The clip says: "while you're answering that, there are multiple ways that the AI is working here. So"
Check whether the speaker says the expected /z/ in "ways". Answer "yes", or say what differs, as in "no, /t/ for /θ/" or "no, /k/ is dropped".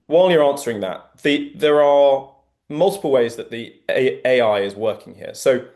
yes